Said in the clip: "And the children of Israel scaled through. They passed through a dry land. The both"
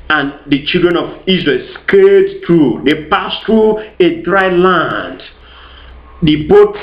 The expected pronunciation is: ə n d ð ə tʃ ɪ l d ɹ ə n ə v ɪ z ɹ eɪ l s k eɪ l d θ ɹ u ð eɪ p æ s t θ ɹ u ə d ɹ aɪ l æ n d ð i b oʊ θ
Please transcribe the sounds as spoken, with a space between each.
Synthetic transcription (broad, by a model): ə n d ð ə tʃ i l d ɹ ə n ə v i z ɹ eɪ l s k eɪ d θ ɹ u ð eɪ p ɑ s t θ ɹ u ə d ɹ aɪ l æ n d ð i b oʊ